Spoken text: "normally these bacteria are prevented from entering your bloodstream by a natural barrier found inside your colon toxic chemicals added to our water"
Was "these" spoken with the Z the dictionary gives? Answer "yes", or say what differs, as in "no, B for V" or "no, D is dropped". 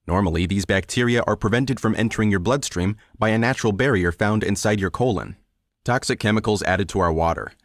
yes